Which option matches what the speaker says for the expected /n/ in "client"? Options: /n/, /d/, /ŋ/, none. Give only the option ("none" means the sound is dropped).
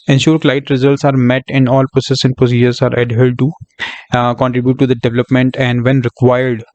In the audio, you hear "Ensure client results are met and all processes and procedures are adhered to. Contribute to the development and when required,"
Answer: none